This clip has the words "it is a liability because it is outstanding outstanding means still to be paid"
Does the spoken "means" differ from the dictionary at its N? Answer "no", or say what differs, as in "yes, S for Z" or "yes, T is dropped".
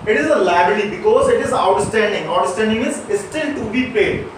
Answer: yes, N is dropped